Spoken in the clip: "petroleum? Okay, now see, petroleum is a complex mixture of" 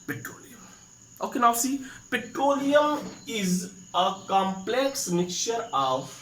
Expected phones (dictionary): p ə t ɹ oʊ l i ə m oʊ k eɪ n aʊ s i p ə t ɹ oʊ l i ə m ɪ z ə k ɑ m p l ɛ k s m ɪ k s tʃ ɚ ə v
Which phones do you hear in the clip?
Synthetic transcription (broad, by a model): p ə t ɹ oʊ l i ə m oʊ k eɪ n aʊ s i p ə t ɹ oʊ l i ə m ɪ z ə k ɑ m p l ɛ k s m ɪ k tʃ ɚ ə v